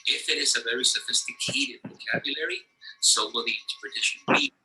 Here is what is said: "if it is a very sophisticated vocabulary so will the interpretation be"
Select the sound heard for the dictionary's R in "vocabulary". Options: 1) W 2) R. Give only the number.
2